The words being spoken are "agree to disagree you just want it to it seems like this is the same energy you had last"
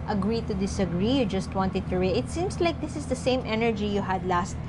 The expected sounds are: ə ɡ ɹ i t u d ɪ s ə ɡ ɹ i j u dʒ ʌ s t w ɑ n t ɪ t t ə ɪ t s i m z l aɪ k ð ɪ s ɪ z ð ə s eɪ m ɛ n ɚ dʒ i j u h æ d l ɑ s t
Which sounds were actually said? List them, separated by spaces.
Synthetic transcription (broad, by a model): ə ɡ ɹ i t u d ɪ s ə ɡ ɹ i j u dʒ ʌ s t w ɑ n t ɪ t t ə ɪ t s i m s l aɪ k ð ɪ s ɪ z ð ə s eɪ m ɛ n ɚ dʒ i j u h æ d l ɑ s t